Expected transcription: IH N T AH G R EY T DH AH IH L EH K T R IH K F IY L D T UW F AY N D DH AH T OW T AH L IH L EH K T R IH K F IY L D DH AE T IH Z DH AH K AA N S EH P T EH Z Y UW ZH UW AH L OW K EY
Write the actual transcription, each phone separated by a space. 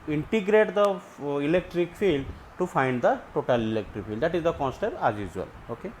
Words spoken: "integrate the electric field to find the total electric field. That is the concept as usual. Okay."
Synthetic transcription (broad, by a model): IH N T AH G R EY T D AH IH L EH K T R IH K F IY L D T UW F AY N D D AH T OW T AH L IH L EH K T R IH K F IY L D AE T IH Z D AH K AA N S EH T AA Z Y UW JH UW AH L OW K EY